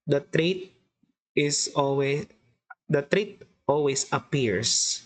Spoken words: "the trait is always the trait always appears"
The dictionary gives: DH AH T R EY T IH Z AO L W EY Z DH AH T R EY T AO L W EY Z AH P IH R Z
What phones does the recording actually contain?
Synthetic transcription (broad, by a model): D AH T R EY T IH S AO L W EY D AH T R EY T AO L W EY S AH P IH R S